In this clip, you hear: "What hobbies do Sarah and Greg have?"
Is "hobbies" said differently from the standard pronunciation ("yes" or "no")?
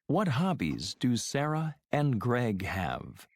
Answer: no